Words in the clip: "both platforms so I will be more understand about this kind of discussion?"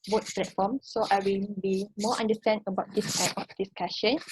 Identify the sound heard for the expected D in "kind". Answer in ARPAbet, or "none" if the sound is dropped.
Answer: none